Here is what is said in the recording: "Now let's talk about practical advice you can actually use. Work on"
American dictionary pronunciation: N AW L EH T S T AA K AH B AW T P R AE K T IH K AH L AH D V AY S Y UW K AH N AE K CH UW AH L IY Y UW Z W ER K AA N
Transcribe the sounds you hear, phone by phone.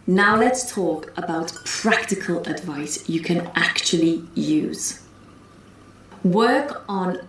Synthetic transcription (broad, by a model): N AW L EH T S T AA K AH B AW T P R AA K T IH K AH L AH D V AY S Y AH K AH N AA K CH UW AH L IY Y UW Z W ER K N